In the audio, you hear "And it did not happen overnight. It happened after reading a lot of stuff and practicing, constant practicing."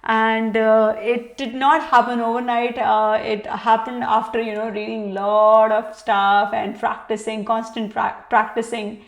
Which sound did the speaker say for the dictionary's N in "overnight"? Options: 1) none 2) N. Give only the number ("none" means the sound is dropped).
2